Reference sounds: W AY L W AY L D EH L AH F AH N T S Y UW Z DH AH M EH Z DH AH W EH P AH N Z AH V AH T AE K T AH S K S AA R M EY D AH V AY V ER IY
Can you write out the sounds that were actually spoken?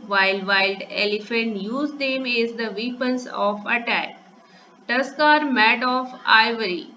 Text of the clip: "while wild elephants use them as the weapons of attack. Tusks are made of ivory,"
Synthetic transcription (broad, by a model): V AY L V AY L D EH L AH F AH N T Y UW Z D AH M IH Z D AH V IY P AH N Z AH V AH T AE K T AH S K AA R M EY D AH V AY V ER IY